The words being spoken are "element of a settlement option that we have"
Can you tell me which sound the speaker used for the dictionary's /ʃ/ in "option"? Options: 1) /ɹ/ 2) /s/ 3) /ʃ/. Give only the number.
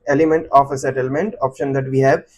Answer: 3